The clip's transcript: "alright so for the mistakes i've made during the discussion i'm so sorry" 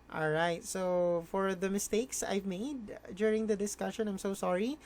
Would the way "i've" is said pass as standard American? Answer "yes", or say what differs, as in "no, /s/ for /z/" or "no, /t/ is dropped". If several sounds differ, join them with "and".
yes